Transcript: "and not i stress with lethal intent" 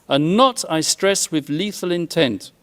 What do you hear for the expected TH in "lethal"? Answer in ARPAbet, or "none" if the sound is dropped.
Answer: TH